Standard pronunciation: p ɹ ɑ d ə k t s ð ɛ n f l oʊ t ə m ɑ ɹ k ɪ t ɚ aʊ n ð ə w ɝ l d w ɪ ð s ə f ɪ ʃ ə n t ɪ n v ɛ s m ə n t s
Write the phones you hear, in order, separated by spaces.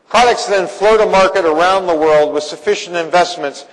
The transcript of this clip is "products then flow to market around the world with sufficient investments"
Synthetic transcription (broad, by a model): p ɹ ɑ d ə k t s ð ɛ n f l oʊ t ə m ɑ ɹ k ɪ t ɚ aʊ n ð ə w ɝ l d w ɪ ð s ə f ɪ ʃ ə n t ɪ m v ɛ s m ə n t s